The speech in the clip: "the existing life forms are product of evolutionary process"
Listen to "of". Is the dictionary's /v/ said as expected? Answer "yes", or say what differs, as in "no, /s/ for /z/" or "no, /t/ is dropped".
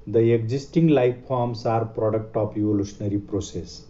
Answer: no, /p/ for /v/